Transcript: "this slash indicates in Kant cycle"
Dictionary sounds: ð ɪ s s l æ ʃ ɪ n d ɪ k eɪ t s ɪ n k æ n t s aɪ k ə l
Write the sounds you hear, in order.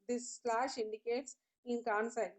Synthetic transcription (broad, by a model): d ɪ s s l æ ʃ ɪ n d ɪ k eɪ t s ɪ n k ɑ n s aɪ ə